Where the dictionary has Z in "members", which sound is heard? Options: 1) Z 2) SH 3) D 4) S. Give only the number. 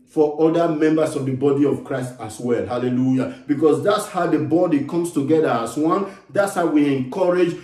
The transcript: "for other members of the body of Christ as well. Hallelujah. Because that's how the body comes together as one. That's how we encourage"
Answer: 4